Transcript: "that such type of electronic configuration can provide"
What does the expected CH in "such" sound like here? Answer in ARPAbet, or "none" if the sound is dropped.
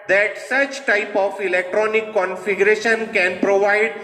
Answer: CH